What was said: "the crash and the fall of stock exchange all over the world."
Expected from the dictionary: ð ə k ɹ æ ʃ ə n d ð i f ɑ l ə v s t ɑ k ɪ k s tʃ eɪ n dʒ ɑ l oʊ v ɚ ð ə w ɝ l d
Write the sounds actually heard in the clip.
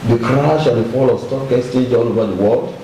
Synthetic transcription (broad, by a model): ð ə k ɹ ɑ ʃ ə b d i f ɑ l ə s t ɑ k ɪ s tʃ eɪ dʒ ɑ l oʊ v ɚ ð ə w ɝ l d